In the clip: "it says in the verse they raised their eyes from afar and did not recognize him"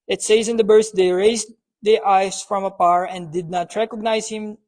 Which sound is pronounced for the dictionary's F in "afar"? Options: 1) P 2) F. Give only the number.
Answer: 1